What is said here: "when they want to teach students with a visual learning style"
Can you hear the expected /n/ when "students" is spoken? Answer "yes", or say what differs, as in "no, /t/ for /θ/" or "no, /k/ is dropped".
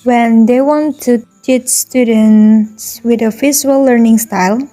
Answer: yes